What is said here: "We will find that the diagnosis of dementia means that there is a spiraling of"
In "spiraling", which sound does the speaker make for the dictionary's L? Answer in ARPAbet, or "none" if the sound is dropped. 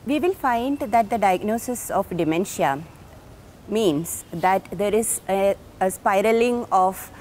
L